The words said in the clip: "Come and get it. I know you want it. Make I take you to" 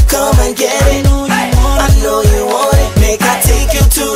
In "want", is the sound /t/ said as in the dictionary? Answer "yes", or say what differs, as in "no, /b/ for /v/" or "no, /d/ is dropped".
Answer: no, /t/ is dropped